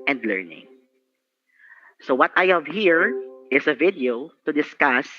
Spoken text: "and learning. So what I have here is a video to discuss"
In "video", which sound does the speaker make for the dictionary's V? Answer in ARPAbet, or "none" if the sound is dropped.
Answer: V